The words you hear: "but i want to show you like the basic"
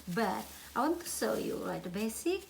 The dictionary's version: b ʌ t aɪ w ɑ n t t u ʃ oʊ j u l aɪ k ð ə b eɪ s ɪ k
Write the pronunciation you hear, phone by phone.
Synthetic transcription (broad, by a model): b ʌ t aɪ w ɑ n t t u s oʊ j u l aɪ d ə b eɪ s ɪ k